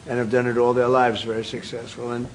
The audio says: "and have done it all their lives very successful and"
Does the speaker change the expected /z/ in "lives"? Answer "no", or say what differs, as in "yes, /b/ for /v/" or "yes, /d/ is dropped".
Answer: no